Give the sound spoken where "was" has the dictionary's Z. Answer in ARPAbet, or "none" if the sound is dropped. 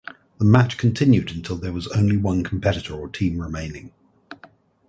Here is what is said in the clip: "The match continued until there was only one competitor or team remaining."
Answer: Z